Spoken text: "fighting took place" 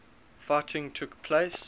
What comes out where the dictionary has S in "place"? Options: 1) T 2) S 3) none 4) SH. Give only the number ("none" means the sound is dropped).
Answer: 2